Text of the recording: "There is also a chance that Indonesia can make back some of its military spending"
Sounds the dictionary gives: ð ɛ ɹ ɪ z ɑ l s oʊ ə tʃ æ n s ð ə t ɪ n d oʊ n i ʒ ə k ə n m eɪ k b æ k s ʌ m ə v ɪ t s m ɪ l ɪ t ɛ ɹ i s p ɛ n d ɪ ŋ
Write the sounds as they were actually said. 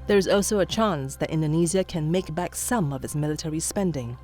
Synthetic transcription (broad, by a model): ð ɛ ɹ ɪ z ɑ l s oʊ ə tʃ æ n s ð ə t ɪ n d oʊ n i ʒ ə k ə n m eɪ k b æ k s ʌ m ə v ɪ t s m ɪ l ɪ t ɛ ɹ i s p ɛ n d ɪ ŋ